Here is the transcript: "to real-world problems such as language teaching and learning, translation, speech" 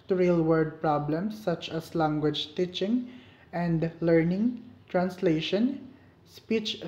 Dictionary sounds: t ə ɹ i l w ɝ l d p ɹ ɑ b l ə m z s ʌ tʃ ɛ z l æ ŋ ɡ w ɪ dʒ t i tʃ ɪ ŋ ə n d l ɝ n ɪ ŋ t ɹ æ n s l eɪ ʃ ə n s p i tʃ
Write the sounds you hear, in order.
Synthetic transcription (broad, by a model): t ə ɹ i l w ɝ d p ɹ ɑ b l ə m s ʌ tʃ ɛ s l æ ŋ ɡ w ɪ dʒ t i tʃ ɪ ŋ ə n d l ɝ n ɪ ŋ t ɹ æ n s l eɪ ʃ ə n s p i tʃ